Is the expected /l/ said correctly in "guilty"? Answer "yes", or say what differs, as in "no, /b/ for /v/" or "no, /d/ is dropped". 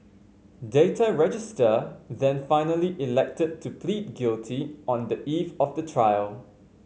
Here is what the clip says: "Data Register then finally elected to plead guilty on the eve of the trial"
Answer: yes